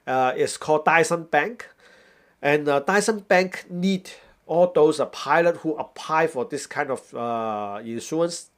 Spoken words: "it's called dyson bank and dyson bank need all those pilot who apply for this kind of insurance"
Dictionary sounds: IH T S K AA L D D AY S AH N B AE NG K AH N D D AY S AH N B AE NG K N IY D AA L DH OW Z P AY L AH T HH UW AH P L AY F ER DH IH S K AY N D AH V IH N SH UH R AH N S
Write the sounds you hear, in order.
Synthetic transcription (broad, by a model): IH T S K AA L D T AY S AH N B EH NG K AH N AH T AY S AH N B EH NG K N IY D AA L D OW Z P AY L AH T HH UW AH P L AY F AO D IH S K AY N D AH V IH N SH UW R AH N S